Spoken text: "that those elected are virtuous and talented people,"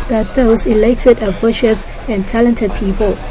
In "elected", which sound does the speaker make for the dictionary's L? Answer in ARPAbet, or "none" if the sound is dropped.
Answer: L